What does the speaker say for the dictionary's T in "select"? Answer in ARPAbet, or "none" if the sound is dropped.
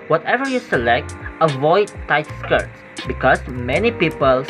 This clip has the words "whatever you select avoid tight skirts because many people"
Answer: T